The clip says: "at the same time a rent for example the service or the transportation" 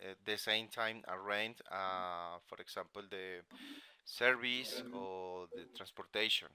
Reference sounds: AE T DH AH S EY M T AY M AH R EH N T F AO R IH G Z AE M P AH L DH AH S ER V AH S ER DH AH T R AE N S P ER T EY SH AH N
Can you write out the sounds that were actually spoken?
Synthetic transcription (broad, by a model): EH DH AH S EY M T AY M AH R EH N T F AO R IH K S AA M P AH L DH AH S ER B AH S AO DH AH T R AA N S P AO T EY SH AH N